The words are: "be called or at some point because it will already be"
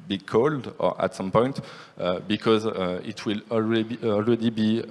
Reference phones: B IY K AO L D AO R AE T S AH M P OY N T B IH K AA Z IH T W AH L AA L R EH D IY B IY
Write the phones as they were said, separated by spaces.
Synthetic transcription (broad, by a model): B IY K AO L D AO R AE T S AH M P OY N T B IH K AA Z IH T W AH L AA L R EH D IY B IY